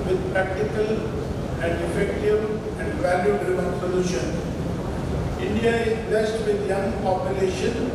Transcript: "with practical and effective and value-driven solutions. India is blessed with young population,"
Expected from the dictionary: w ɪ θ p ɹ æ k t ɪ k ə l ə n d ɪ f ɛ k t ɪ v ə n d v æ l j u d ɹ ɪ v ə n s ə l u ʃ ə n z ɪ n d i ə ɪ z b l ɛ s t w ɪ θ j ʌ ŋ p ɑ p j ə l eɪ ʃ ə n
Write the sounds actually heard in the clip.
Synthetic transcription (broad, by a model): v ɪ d p ɹ æ k t ɪ k ə l ə n d ɪ f ɛ k t ɪ v ə n d v æ l j u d ɹ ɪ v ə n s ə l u ʃ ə n ɪ n d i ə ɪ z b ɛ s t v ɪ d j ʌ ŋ p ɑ p j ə l eɪ ʃ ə n